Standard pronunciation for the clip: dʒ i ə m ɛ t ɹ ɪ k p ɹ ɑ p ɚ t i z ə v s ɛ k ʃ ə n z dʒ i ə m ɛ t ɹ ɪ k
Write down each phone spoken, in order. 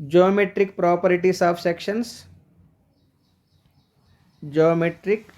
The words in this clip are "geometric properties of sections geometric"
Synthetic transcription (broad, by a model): dʒ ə m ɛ t ɹ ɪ k p ɹ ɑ p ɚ t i s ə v s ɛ k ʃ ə n s dʒ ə m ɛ t ɹ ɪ k